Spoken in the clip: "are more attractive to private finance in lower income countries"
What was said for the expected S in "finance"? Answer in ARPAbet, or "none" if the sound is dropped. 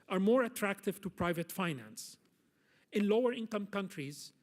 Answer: S